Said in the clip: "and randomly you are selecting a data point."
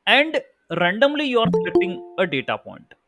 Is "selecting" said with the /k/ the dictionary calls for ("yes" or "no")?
no